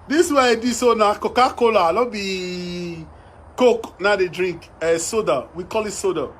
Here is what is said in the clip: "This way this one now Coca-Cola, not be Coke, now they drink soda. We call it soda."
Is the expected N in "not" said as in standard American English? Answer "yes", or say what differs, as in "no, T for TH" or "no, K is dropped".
no, L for N